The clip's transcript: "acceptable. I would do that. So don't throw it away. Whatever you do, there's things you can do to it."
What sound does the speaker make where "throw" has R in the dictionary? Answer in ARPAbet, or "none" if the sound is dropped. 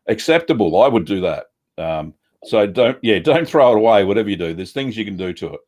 R